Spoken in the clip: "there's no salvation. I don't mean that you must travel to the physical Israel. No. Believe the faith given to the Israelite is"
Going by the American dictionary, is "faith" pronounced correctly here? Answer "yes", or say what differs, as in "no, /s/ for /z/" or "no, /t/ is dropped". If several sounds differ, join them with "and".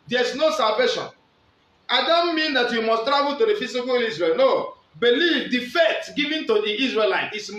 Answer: no, /t/ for /θ/